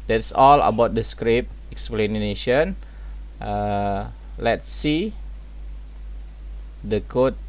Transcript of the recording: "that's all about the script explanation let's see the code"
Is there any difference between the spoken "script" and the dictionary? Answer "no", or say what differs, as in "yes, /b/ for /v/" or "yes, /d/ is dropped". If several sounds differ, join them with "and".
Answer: yes, /t/ is dropped